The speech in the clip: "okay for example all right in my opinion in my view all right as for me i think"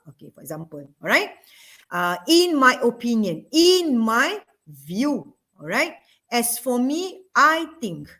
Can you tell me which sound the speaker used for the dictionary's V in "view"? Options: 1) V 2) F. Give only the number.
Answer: 1